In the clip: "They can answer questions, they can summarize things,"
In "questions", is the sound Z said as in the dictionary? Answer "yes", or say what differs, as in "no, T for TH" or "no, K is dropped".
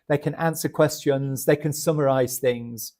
yes